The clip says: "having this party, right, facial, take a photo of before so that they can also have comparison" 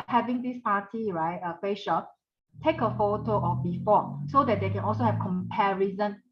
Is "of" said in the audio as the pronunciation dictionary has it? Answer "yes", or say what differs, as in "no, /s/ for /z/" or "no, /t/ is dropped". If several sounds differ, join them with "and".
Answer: no, /f/ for /v/